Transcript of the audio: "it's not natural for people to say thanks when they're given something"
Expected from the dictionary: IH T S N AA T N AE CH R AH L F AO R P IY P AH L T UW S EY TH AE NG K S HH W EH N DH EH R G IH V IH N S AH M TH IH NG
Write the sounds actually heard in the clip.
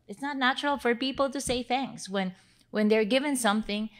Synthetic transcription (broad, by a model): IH T S N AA T N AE CH R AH L F AO R P IY P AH L T UW S EY TH AE NG K S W W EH N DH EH R G IH V IH N S AH M TH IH NG